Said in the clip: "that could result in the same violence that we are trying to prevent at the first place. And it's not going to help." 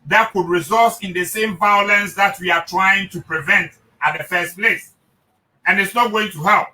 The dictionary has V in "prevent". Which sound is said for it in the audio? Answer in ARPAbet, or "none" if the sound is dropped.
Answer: V